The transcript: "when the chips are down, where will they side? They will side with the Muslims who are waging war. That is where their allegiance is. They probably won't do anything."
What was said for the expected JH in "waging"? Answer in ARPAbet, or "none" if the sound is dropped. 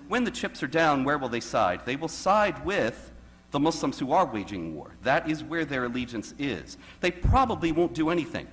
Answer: JH